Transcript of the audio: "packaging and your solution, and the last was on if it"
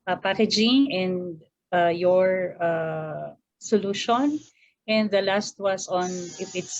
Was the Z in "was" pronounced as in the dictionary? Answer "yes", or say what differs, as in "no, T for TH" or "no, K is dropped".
no, S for Z